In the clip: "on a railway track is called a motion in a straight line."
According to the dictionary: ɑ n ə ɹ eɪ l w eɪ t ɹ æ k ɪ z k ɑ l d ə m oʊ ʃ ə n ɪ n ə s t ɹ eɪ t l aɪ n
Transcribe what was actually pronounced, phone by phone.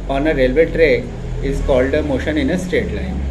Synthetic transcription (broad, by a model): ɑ n ə ɹ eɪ l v eɪ t ɹ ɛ ɪ z k ɑ l d ə m oʊ ʃ ə n ɪ n ə s t eɪ t l aɪ n